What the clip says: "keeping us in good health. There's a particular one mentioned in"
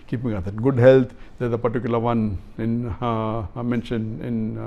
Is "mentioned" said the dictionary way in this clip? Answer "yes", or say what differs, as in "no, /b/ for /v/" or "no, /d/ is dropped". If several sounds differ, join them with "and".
no, /d/ is dropped